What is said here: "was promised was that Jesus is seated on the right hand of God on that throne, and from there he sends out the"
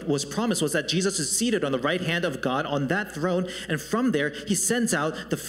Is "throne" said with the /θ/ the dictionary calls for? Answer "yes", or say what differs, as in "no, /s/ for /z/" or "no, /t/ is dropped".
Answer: yes